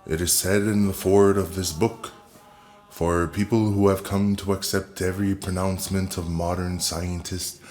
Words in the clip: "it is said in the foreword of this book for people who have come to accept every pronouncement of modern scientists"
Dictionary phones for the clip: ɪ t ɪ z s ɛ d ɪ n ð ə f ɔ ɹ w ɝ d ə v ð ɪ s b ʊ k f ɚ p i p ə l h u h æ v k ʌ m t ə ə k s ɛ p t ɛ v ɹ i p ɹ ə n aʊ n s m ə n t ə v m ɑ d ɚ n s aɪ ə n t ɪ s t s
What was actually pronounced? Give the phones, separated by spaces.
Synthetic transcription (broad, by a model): ɪ t ɪ z s ɛ d ɪ n ð ə f ɔ ɹ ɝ d ə v ð ɪ s b ʊ k f ɚ p i p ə l h u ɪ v k ʌ m t ə ə k s ɛ p t ɛ v ɹ i p ɹ ə n aʊ n s m ə n t ə v m ɑ d ɚ n s aɪ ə n t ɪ s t